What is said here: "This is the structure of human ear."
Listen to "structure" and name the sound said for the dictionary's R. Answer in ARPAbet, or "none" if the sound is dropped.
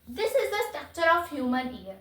none